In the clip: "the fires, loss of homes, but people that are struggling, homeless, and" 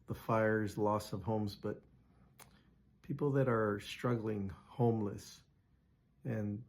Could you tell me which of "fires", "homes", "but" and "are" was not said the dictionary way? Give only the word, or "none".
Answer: none